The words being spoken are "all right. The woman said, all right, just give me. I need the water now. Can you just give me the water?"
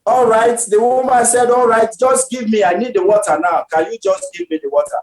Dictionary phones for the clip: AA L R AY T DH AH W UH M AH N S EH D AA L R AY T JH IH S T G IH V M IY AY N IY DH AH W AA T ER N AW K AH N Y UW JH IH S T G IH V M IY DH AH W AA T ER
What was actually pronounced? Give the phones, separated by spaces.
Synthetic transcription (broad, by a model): AA L R AY T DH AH W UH M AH N S EH D AA L R AY T JH IH S T G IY V M IY AY N IY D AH W AA T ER N AW K AH N Y UW JH IH S T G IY V M IY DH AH W AA T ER